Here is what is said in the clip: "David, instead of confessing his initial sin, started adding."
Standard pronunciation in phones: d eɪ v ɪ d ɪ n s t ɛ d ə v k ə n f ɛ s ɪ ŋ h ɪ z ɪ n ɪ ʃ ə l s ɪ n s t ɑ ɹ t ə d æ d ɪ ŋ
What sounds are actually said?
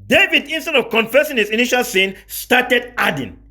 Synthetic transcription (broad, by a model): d eɪ v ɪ d ɪ n s t ɛ d ə v k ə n f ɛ s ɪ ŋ h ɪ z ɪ n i ʃ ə l s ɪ n s t ɑ t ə d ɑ d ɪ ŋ